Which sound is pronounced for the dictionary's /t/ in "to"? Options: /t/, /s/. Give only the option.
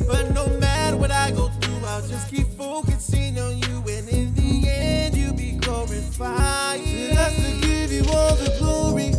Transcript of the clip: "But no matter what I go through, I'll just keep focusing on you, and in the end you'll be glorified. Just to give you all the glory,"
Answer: /s/